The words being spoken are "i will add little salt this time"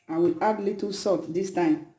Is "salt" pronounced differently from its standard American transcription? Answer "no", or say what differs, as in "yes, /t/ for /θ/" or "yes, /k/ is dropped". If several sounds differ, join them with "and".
yes, /l/ is dropped